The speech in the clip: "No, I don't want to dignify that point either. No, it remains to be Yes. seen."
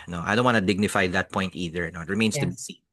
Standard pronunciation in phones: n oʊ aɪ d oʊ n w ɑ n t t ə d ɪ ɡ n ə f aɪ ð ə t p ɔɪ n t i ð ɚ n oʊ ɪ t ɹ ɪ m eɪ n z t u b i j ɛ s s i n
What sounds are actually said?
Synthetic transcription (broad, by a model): n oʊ aɪ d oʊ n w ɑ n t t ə d ɪ ɡ n ə f aɪ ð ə t p ɔɪ n t i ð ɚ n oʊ ɪ t ɹ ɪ m eɪ n s t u b i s s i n